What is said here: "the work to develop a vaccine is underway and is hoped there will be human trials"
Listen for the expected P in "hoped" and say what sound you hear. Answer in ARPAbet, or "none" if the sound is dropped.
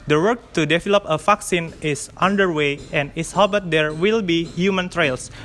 B